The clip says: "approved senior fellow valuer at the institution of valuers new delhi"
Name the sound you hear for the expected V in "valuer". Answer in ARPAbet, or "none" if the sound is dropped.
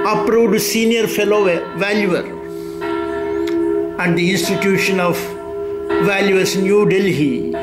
V